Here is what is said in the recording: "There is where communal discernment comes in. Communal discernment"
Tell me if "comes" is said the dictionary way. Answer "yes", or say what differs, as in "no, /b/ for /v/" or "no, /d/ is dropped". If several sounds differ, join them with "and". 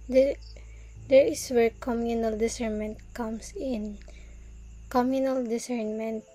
no, /s/ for /z/